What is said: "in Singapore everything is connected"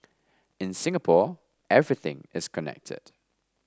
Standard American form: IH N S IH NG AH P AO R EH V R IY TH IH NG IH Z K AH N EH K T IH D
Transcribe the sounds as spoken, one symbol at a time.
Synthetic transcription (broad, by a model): IH N S IH NG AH P AO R EH V R IY TH IH NG IH Z K AH N EH K T IH D